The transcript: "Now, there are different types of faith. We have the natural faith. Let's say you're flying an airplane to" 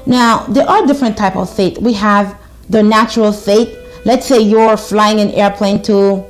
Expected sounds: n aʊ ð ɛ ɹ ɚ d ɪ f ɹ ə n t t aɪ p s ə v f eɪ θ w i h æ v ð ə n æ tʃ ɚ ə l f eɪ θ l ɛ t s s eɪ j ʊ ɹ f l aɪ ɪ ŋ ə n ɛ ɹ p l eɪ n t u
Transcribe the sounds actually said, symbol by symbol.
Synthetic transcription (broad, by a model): n aʊ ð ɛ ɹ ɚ d ɪ f ɹ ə n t t aɪ p ə v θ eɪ t w i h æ v ð ə n æ tʃ ɚ ə l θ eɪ t l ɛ t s s eɪ j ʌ ɹ f l aɪ ɪ ŋ ə n ɛ ɹ p l eɪ n t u